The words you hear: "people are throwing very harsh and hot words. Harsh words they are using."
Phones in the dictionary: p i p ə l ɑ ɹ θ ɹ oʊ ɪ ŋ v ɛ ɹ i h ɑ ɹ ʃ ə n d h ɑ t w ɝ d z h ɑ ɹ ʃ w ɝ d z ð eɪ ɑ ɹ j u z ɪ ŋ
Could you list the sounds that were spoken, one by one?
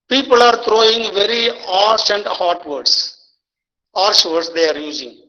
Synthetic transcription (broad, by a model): p i p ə l ɑ ɹ t ɹ oʊ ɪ ŋ v ɛ ɹ i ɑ ɹ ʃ ə n d h ɑ t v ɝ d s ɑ ɹ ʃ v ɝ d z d eɪ ɑ ɹ j u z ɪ ŋ